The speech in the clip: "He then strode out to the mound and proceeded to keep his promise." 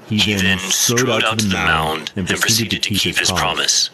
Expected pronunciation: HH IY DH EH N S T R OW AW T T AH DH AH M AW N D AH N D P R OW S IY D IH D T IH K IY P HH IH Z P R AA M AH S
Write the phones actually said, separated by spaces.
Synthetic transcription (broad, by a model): HH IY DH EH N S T OW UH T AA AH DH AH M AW N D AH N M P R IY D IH D T IH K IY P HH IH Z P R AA M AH S